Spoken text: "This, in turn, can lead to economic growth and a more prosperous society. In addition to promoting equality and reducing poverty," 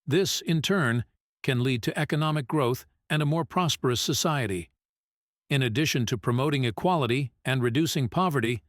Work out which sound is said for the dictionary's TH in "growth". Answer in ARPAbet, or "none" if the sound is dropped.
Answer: TH